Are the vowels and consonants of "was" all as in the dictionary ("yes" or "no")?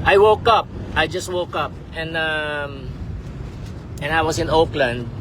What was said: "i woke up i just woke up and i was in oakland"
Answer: no